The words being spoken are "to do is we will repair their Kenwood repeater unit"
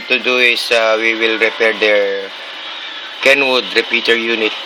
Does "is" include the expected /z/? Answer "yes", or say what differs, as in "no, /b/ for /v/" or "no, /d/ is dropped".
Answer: no, /s/ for /z/